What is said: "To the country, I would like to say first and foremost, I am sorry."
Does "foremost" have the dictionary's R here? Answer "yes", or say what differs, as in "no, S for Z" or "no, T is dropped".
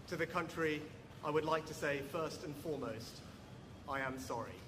yes